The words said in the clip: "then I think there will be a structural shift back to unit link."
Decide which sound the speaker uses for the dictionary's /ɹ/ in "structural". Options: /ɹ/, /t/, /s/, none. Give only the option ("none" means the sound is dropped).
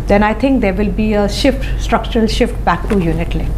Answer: /ɹ/